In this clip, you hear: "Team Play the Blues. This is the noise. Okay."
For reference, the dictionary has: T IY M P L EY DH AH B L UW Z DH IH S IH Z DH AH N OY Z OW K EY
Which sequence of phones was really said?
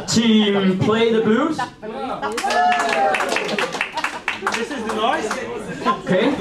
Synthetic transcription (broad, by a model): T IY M P L EY DH AH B UW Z DH IH S IH Z DH AH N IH S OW K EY